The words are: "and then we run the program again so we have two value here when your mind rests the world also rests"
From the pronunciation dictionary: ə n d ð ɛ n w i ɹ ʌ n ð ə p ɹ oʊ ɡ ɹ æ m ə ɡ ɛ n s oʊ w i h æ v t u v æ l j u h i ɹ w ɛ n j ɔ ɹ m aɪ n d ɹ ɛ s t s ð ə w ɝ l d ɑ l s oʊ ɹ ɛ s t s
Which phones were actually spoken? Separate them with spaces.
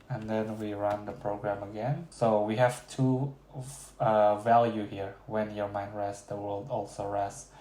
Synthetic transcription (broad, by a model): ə n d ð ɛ n w i ɹ ʌ n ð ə p ɹ oʊ ɡ ɹ æ m ə ɡ ɛ n s oʊ w i h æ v t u v æ l j u h i ɹ w ɛ n j ɔ ɹ m aɪ n d ɹ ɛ s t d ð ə w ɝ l d ɑ l s oʊ ɹ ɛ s s